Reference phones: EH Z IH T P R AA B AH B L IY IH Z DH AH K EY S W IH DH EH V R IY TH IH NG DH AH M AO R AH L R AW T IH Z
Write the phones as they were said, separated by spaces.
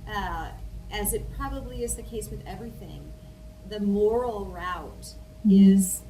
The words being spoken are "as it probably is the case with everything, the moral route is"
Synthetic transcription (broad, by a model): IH Z IH T P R AA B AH B L IY IH Z DH AH K EY S W IH DH EH V R IY TH IH NG DH AH M AO R L R AW T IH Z